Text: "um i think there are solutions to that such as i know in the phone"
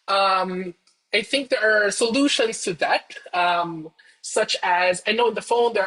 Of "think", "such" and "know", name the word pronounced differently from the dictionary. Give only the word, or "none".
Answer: none